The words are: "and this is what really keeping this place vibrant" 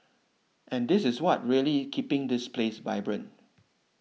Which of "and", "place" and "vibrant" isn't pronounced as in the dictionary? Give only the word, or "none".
vibrant